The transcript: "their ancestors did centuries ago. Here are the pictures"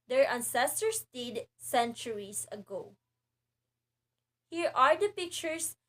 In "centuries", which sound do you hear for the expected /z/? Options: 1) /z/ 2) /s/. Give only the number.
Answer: 2